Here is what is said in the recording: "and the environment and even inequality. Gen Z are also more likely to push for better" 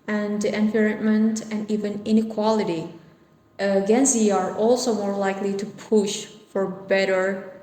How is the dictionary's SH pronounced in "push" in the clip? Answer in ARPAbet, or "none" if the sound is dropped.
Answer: SH